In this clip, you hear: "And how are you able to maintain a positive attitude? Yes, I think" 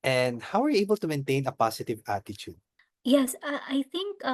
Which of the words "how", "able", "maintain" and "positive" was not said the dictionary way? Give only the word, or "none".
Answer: positive